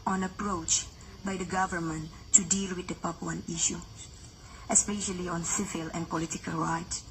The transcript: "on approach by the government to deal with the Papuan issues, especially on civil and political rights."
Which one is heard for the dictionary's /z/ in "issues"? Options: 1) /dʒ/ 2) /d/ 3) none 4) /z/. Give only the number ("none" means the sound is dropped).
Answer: 3